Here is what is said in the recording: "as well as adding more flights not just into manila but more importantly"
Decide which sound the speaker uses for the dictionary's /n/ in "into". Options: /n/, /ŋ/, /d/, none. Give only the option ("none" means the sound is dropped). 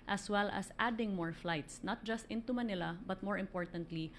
/n/